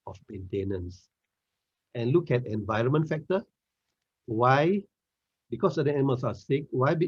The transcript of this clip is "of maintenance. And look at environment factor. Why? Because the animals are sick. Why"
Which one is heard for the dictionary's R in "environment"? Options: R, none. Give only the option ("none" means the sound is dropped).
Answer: R